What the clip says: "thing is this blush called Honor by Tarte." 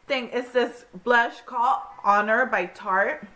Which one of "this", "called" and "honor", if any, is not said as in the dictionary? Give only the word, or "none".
called